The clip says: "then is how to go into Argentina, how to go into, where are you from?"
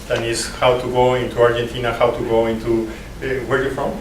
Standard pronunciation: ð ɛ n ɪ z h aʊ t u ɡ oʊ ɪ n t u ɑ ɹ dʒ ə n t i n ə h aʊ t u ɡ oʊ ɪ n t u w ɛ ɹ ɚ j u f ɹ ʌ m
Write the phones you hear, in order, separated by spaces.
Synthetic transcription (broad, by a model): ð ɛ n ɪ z h aʊ t u ɡ oʊ ɪ n t u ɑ ɹ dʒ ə n t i n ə h aʊ t u ɡ oʊ ɪ n t u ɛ w ɚ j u f ɹ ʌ m